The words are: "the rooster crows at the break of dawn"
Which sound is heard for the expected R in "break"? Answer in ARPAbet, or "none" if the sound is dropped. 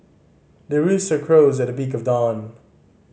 none